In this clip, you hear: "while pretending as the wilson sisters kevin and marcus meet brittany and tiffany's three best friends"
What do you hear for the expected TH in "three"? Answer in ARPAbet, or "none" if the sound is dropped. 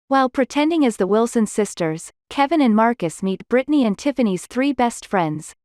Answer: TH